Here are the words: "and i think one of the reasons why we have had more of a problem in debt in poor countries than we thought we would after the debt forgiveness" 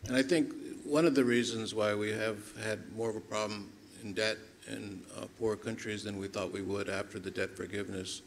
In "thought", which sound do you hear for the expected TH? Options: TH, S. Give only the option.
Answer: TH